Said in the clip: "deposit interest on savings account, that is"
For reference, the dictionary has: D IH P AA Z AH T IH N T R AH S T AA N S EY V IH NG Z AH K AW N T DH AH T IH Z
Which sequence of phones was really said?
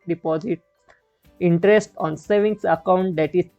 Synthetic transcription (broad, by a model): D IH P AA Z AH T IH N T R AH S T AA N S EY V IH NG S AH K AW N T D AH T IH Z